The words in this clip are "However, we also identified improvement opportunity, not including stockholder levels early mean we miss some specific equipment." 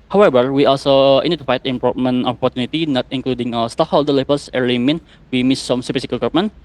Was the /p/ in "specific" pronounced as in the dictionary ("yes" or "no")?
no